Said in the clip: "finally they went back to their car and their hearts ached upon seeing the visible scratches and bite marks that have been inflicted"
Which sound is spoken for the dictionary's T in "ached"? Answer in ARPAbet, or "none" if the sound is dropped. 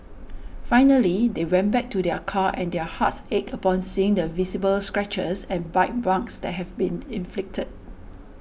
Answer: none